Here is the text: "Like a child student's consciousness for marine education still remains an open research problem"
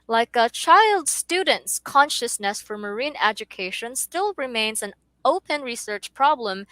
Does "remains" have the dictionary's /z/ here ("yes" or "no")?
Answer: yes